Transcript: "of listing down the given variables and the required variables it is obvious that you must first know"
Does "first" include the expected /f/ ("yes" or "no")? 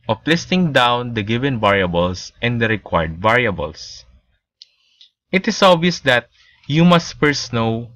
no